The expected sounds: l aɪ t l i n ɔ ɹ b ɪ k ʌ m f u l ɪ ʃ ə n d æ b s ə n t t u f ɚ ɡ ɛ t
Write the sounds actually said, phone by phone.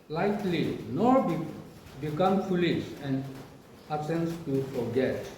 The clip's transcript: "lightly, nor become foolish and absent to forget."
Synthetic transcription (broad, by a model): l aɪ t l i n ɔ ɹ b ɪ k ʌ m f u l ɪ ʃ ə n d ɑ s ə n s t u f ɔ ɡ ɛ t